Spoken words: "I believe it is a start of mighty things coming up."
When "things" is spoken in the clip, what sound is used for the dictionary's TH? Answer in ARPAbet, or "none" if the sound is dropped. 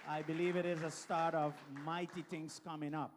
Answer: T